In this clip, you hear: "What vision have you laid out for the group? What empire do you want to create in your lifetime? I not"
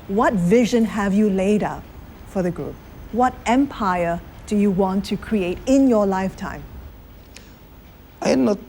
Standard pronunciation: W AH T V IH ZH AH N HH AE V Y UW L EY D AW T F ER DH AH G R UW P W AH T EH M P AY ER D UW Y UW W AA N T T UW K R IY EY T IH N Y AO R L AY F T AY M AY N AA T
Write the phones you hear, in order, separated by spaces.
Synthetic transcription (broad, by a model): W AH T V IH ZH AH N HH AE V Y UW L EY D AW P F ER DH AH G R UW P W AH T EH M P AY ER D UW Y UW W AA N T T UW K R IY EY T IH N Y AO L AY F T AY M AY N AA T